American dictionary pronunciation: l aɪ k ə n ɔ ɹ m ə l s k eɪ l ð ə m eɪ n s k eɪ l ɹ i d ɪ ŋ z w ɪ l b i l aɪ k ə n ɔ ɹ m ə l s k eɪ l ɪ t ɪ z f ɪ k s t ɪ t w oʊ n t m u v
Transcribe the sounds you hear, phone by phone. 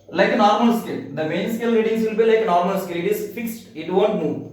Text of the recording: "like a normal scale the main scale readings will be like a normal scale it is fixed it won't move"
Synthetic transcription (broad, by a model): l aɪ k ə n ɔ ɹ m ə l s k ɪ l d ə m eɪ n s k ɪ l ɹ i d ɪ ŋ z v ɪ l b i l aɪ k ə n ɔ ɹ m ə l s k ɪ l ɪ t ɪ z f ɪ k s t ɪ t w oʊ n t m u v